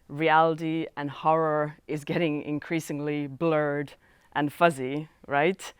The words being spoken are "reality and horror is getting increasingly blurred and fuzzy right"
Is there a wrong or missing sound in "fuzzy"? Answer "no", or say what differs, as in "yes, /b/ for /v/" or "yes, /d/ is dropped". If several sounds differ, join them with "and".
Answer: no